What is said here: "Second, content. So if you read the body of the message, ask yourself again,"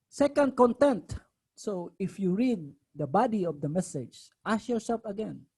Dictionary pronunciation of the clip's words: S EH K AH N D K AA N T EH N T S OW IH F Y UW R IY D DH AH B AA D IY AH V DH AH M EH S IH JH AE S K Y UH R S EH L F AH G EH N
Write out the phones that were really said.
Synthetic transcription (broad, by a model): S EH K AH N D K AA N T EH N T S OW IH F Y UW R IY D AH B AA D IY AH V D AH M EH S IH JH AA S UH L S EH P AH G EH N